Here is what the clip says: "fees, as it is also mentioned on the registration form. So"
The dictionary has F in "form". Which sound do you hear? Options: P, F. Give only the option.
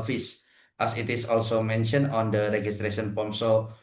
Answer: P